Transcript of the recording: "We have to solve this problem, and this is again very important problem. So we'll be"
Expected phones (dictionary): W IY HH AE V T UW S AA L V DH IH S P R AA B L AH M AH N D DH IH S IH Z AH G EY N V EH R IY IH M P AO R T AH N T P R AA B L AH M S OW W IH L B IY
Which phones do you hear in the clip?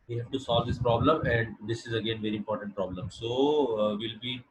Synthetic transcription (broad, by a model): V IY HH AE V T UW S AA L V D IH S P R AA B L AH M AH N D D IH S IH Z AH G EY N V EH R IY IH M P AO R T AH N T P R AA B L AH M S OW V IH L B IY